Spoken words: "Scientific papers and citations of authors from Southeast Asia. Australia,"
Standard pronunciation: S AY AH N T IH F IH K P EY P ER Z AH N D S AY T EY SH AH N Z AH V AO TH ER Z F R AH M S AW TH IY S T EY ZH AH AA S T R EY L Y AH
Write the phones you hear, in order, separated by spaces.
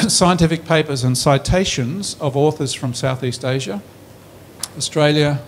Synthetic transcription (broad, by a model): S AY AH N T IH F IH K P EY P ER Z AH N S AY T EY SH AH N Z AH V AO TH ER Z F R AH M S AW TH IY S T EY ZH AH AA S T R EY L Y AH